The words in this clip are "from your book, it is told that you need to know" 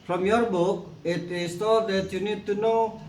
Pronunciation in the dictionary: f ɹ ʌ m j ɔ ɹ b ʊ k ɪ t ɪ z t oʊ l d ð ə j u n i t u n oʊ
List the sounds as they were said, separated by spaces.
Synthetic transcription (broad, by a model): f ɹ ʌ m j ɔ ɹ b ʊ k ɪ t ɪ s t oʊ d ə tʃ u n i t u n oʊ